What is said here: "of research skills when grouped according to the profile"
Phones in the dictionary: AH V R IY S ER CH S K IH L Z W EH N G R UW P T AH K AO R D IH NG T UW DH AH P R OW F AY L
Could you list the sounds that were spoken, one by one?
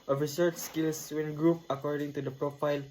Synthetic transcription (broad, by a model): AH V R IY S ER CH S K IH L S W EH N G R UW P AH K AO R D IH NG T UW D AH P R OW F AY L